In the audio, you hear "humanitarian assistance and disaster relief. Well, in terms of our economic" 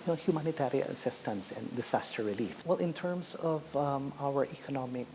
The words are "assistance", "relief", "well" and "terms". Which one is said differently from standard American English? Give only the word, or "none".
terms